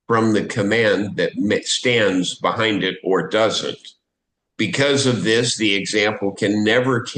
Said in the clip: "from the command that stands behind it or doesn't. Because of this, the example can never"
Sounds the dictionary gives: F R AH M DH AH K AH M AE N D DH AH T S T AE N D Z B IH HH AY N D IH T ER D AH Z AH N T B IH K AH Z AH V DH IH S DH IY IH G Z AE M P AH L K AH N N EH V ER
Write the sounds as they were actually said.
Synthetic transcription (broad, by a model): F R AH M DH AH K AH M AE N DH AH T S T AE N D Z B IH HH AY N D IH T ER D AH Z AH N T B IH K AH Z AH V DH IH S DH IY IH G Z AE M P L K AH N N EH V ER